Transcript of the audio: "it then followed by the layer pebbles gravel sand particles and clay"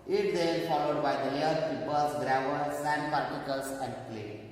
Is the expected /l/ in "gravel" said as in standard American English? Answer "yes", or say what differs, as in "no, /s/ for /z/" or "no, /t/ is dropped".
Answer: no, /n/ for /l/